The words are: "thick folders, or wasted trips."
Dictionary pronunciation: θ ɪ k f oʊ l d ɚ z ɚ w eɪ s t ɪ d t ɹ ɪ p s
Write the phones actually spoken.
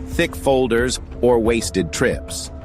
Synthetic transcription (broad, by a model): θ ɪ k f oʊ l d ɚ z ɚ w eɪ s t ɪ d t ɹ ɪ p s